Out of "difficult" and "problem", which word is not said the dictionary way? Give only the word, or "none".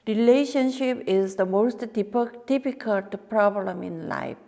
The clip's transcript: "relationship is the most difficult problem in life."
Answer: difficult